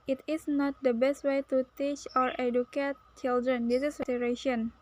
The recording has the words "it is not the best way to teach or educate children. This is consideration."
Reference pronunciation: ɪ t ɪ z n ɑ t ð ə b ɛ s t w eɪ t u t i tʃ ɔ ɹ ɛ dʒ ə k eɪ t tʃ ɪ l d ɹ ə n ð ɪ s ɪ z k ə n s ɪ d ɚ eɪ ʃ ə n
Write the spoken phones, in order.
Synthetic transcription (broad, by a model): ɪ t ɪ s n ɑ t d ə b ɛ s t w eɪ t u t i tʃ ɔ ɹ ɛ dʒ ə k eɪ t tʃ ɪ l d ɹ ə n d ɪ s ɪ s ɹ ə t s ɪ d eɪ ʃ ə n